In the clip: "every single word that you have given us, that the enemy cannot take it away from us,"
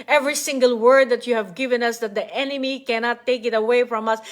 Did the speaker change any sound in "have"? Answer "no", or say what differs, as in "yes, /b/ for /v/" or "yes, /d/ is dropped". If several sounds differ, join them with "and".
no